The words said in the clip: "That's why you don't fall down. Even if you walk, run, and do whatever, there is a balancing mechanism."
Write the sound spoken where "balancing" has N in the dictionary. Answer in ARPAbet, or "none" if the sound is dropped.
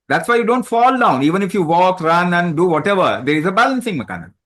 N